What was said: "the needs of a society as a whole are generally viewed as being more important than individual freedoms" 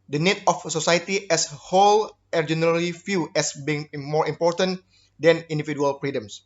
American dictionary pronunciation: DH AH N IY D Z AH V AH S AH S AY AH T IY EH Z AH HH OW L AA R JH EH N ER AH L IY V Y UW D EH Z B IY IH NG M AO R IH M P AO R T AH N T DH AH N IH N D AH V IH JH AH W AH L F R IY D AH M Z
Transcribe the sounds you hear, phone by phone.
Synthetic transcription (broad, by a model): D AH N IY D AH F S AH S AY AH T IY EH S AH HH OW L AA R JH EH N ER AH L IY F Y UW EH S B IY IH NG M AO R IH M P AO R T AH N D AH N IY N D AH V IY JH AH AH L F R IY D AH M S